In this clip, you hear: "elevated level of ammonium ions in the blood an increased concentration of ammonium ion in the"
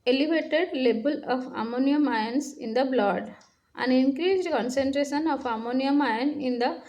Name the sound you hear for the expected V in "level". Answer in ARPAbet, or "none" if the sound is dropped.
B